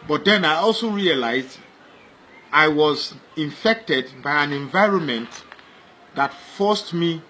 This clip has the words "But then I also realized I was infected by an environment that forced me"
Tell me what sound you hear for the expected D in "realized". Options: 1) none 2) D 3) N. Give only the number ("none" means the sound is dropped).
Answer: 2